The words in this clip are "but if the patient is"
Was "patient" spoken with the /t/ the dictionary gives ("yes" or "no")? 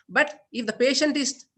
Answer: yes